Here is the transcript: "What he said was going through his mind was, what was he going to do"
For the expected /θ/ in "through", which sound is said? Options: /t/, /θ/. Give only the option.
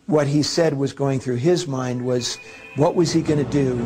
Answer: /θ/